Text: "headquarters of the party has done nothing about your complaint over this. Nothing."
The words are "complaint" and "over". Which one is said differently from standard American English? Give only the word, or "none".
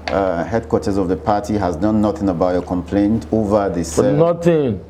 none